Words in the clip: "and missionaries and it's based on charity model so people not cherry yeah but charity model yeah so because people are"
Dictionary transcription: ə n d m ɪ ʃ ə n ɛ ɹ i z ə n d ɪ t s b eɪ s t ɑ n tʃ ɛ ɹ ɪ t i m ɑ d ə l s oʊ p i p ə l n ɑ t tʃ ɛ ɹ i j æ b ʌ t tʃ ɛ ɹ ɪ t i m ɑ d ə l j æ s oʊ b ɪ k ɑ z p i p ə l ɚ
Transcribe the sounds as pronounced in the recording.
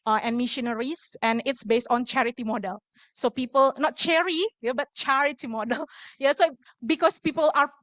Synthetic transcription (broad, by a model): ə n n m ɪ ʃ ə n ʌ ɹ i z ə n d ɪ t s b eɪ s t ɑ n tʃ ɛ ɹ ɪ t i m ɑ d ə l s oʊ p i p ə l n ɑ t tʃ ɛ ɹ i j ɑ b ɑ t tʃ ɛ ɹ ɪ t i m ɑ d ə l j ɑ s oʊ b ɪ k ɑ s p i p ə l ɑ